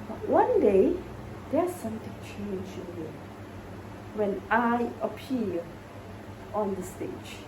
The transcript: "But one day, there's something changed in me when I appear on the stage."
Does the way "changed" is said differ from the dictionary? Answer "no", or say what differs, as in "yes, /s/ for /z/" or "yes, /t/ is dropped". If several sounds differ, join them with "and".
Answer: yes, /d/ is dropped